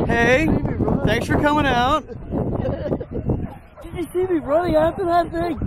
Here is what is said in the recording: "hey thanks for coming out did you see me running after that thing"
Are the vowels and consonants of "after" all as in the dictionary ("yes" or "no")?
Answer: no